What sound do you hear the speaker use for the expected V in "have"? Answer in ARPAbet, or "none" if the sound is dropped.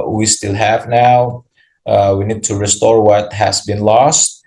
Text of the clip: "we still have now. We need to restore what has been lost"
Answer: V